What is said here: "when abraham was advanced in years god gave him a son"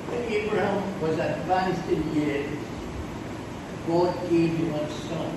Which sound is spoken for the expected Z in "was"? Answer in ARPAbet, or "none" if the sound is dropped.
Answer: Z